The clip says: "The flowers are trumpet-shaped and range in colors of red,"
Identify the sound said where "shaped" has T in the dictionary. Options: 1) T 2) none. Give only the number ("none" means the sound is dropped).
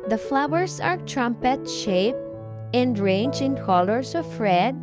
2